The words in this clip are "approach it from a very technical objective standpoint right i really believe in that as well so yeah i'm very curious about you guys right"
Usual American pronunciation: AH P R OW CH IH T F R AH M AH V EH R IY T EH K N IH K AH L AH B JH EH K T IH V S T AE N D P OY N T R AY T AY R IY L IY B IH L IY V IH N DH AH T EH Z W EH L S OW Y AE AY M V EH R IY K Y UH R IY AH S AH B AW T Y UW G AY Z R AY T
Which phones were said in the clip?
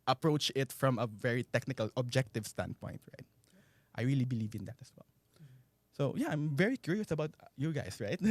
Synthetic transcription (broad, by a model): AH P R OW CH IH T F R AH M AH V EH R IY T EH K N IH K AH L AH B JH EH K T IH V S T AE N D P OY N T R AY T AY R IY L IY B IH L IY V IH N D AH T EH S W EH L S OW Y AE AY M V EH R IY K Y UH R IY AH S AH B AW T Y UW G AY S R AY T